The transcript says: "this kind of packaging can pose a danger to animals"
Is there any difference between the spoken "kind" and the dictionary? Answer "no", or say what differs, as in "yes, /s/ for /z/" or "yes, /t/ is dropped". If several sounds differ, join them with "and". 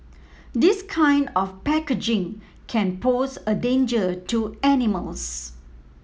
no